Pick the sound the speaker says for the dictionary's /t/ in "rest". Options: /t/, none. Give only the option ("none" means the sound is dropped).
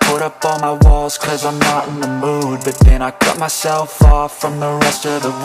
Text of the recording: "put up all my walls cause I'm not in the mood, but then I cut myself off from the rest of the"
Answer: /t/